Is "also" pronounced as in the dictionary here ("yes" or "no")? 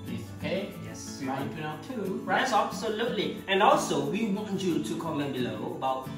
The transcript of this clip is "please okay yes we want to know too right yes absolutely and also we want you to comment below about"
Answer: yes